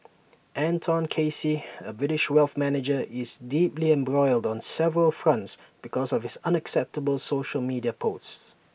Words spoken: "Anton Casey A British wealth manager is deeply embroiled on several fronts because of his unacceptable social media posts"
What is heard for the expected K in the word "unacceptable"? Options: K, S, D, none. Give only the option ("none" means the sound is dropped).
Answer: K